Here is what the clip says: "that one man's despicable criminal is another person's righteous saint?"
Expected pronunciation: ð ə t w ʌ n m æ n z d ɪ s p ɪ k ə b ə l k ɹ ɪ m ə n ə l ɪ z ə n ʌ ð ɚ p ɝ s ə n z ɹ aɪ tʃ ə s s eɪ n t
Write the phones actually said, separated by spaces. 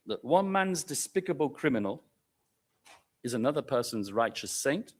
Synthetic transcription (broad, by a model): ð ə t w ʌ n m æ n z d ɪ s p ɪ k ə b ə l k ɹ ɪ m ə n ə l ɪ z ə n ʌ ð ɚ p ɝ s ə n z ɹ aɪ tʃ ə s s eɪ n t